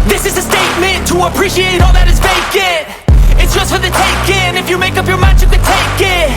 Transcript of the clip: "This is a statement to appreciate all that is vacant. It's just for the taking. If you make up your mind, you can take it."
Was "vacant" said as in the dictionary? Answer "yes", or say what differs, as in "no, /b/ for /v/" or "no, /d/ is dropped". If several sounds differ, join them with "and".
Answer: no, /b/ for /v/